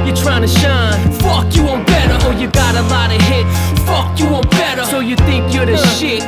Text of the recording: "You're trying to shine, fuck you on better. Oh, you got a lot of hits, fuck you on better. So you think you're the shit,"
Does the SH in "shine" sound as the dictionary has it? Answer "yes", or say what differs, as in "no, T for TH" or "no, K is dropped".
yes